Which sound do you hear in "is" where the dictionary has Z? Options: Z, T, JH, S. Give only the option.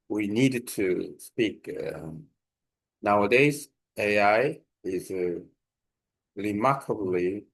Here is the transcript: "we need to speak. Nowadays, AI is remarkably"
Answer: Z